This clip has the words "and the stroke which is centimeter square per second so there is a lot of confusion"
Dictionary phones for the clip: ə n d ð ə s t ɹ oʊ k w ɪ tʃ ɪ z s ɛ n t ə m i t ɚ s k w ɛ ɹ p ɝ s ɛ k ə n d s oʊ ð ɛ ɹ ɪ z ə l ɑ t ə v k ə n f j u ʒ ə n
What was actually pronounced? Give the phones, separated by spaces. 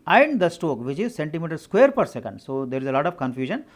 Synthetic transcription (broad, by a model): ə n d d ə s t oʊ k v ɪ tʃ ɪ z s ɛ n t ə m i t ɚ s k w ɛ ɹ p ɝ s ɛ k ə n d s oʊ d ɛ ɹ ɪ z ə l ɑ t ə v k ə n f j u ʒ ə n